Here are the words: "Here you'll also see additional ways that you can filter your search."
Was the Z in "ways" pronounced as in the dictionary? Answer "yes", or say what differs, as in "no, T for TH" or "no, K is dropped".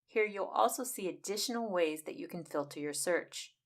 yes